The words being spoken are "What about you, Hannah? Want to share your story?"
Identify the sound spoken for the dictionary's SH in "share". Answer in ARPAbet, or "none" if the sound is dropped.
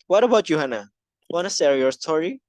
S